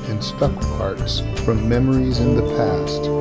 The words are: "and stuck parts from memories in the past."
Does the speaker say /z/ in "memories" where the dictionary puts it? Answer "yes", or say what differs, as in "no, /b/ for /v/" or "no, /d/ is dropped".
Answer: yes